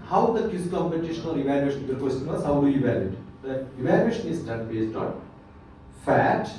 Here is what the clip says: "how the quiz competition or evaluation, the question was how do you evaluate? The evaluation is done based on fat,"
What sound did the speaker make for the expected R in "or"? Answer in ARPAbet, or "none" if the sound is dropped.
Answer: L